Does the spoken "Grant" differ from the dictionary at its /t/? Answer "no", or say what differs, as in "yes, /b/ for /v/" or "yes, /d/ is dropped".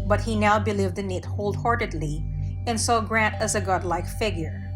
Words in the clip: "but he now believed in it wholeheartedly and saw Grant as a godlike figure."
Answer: no